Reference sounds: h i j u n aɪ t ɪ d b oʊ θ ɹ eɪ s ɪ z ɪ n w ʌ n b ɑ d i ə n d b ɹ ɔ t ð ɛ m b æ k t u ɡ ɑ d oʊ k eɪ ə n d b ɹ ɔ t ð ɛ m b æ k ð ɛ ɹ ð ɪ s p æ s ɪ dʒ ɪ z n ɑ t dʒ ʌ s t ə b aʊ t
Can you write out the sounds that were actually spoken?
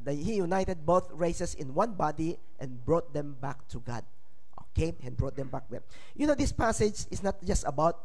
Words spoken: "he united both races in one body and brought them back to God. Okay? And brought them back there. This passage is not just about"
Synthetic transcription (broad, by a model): h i j u n aɪ t ɪ d b oʊ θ ɹ eɪ s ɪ s ɪ n w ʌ n b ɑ d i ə n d b ɹ ɔ t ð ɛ m b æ k t u ɡ ɑ d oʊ k eɪ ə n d b ɹ ɔ t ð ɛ m b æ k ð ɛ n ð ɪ s p æ s ɪ dʒ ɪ s n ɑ t dʒ ʌ s t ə b aʊ t